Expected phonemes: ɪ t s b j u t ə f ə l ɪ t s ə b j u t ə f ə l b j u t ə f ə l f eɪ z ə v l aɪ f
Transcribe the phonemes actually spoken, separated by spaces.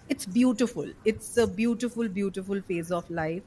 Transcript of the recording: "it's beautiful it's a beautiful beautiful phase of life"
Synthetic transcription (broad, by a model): ɪ t s b j u t ə f ə l ɪ t s ə b j u t ə f ə l b j u t ə f ə l f eɪ z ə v l aɪ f